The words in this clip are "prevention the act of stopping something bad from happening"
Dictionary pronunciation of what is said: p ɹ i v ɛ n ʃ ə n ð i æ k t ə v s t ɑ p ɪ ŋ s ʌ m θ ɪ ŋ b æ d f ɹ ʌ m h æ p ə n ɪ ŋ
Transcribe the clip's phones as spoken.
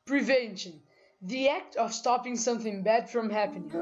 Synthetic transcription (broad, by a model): p ɹ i v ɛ n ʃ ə n ð i æ k t ə v s t ɑ p ɪ ŋ s ʌ m θ ɪ ŋ b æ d f ɹ ʌ m h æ p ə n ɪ